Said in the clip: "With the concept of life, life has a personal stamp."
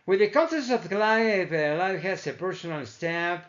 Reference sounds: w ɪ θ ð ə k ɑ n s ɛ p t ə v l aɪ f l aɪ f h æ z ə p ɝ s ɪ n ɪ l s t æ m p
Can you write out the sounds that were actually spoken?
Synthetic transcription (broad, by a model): w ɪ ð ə k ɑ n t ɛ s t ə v l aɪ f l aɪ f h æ s ə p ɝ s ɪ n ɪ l s t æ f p